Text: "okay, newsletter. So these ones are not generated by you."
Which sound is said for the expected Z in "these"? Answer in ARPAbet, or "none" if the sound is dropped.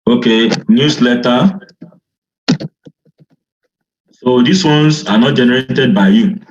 S